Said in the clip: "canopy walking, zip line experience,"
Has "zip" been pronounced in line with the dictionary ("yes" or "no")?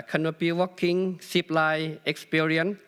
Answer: no